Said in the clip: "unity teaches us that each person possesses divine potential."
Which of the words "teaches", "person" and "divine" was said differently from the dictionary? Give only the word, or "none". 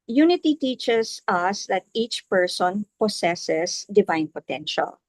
teaches